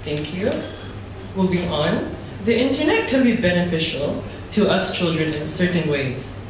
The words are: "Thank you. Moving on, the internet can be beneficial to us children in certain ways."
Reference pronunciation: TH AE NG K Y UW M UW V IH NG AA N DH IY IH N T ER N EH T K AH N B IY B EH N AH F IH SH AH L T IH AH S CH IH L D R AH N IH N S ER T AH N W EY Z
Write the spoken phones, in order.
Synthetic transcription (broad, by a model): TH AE NG K Y UW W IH B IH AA N DH IY IH N T ER N EH T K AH L B IY B EH N AH F IH SH AH L T IH AH S CH IH L D R AH N IH N S ER T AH N W EY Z